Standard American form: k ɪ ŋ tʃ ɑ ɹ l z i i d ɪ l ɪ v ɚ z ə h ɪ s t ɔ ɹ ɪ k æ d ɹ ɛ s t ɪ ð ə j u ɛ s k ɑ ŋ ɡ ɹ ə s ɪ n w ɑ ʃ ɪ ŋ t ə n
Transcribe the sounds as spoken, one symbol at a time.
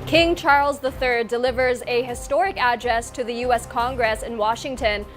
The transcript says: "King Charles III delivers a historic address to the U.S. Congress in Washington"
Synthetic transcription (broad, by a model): k ɪ ŋ tʃ ɑ ɹ l z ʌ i d ɪ l ɪ v ɚ z ə h ɪ s t ɔ ɹ ɪ k æ d ɹ ɛ s t ɪ ð ə j u ɛ s k ɑ ŋ ɡ ɹ ə s ɪ n w ɑ ʃ ɪ ŋ t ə n